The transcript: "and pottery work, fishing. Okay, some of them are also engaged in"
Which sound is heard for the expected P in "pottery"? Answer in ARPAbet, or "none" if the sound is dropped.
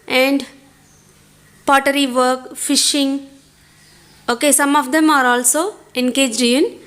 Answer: P